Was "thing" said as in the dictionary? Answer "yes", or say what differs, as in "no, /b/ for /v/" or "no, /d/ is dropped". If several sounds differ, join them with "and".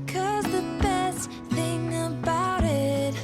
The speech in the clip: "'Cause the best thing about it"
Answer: yes